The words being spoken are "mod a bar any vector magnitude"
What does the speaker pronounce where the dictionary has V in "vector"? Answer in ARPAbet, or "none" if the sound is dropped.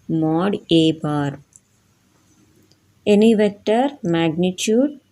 V